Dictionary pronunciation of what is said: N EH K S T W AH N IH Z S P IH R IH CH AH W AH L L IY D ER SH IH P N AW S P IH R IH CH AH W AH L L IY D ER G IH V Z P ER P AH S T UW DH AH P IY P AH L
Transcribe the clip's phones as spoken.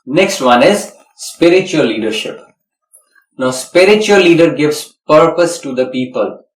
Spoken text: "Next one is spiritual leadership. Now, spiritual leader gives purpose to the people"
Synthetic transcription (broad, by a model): N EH K S T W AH N IH Z S P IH R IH CH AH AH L L IY D ER SH IH P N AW S P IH R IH CH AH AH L L IY D ER G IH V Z P ER P AH S T UW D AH P IY P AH L